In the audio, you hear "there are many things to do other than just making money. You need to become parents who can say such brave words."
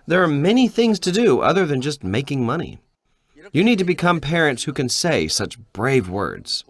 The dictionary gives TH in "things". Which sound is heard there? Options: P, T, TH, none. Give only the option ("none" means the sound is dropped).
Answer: TH